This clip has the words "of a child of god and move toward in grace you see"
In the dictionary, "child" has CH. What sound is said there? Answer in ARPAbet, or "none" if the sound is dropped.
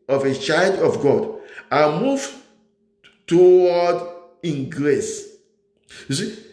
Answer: CH